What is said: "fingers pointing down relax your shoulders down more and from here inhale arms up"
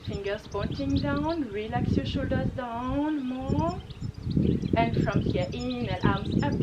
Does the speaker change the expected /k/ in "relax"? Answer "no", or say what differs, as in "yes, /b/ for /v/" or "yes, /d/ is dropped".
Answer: no